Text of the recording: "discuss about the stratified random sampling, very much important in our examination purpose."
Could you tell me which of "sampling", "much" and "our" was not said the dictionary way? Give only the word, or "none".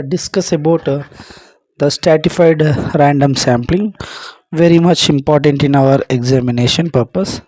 none